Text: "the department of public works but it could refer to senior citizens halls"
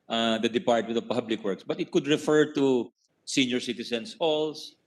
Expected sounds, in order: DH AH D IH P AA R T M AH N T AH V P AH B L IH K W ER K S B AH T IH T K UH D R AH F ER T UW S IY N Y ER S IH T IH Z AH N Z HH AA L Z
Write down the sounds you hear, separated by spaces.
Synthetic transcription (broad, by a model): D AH D IH P AA R T M AH N T AH V P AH B L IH K W ER K S B AH T IH T K UH D R AH F ER T UW S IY N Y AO S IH T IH S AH N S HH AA L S